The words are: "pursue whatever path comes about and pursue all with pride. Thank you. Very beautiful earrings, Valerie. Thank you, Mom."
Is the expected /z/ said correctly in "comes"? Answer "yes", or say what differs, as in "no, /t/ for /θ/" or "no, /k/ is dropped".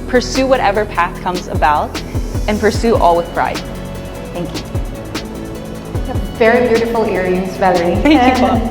yes